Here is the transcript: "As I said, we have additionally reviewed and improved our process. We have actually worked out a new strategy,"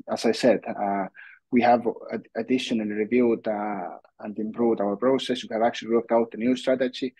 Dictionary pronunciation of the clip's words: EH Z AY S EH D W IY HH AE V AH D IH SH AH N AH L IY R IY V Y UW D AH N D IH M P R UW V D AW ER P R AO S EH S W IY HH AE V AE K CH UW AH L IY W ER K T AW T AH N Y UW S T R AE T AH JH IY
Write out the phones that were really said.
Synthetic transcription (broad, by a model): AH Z AY S EH D W IY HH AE V AH D IH SH AH N AH L IY R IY V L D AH N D IH M P R UW V D AW ER P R AO S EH S W IY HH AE V AE K CH UW AH L IY W ER K T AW T AH N Y UW S T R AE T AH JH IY